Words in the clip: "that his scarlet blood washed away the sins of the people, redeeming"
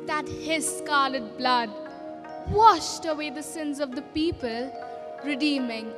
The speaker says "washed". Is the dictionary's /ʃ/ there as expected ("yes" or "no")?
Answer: yes